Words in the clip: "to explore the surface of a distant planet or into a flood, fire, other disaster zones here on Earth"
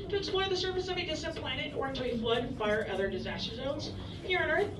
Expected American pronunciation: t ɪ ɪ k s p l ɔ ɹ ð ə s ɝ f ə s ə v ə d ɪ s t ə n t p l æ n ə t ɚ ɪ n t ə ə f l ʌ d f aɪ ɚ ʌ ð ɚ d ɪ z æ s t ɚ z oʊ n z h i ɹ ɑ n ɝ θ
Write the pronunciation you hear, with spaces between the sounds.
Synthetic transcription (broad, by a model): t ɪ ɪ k s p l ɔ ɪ ð ə s ɝ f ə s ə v ə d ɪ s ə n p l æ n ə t ɚ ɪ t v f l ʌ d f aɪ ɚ ʌ ð ɚ d ɪ z æ s t ɚ z oʊ n z h i ɹ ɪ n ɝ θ